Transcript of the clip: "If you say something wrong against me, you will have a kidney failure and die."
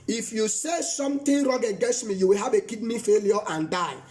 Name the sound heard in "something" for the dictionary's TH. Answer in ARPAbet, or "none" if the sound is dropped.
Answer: T